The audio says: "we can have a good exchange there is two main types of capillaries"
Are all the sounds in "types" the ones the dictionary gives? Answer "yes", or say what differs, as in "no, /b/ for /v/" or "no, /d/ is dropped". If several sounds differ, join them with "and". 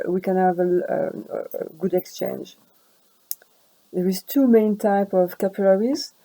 no, /s/ is dropped